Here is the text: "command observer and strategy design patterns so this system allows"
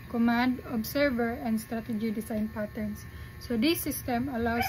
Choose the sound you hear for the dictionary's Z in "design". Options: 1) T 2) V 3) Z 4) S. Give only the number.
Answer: 4